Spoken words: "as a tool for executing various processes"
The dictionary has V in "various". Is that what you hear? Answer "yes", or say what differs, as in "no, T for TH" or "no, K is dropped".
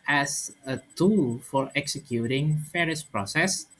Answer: no, F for V